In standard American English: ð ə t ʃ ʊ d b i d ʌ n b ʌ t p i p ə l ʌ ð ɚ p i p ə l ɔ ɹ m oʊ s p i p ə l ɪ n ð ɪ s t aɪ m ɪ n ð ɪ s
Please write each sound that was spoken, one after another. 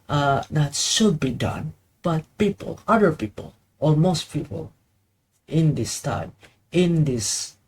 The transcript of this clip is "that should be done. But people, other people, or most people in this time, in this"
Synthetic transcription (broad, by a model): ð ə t ʃ ʊ d b i d ʌ n b ʌ t p i p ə l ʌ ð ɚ p i p ə l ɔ l m oʊ s p i p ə l ɪ n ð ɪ s t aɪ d ɪ n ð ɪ s